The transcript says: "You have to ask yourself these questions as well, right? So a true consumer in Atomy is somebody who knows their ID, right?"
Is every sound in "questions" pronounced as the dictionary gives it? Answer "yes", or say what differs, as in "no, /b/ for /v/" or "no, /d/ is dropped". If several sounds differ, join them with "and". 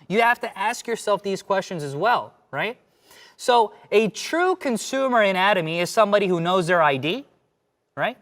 yes